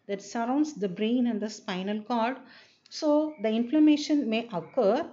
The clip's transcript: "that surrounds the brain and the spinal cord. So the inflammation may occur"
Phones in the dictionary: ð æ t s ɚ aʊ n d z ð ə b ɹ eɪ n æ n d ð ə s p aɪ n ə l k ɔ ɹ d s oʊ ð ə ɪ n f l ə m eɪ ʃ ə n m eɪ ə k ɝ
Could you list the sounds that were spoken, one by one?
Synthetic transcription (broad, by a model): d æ t s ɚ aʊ n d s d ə b ɹ eɪ n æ n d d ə s p aɪ n ə l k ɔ ɹ d s oʊ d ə ɪ n f l ə m eɪ ʃ ə n m eɪ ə k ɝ